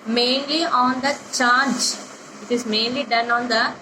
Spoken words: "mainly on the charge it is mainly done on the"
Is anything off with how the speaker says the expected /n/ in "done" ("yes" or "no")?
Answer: no